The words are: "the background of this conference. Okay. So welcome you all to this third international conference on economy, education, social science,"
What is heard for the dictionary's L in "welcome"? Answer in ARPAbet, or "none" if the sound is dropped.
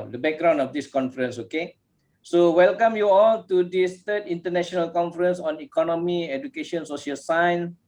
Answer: L